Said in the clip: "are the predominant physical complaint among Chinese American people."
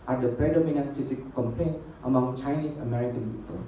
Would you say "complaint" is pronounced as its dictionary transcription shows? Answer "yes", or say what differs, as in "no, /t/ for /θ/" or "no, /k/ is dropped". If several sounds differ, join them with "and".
yes